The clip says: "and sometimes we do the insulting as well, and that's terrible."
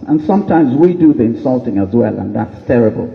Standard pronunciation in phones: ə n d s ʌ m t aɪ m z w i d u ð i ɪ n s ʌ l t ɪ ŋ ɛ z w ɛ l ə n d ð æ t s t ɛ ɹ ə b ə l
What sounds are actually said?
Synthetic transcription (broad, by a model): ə n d s ʌ m t aɪ m z w i d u ð i ɪ n s ʌ l t ɪ ŋ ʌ z w ɛ l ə n ð æ t s t ɛ ɹ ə b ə l